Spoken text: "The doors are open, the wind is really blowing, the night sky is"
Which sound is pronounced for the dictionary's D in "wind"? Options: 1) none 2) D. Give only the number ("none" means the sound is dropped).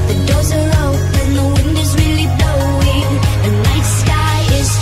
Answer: 2